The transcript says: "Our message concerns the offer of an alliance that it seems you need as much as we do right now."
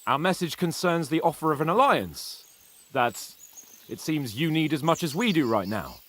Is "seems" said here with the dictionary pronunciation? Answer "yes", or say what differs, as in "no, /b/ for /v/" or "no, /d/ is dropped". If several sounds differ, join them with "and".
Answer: yes